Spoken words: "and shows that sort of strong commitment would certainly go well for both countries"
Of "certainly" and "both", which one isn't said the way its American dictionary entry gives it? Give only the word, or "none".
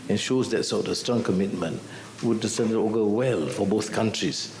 certainly